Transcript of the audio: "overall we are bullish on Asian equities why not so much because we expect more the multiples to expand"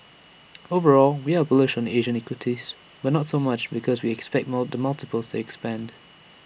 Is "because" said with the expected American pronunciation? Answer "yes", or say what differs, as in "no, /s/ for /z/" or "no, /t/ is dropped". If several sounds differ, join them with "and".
yes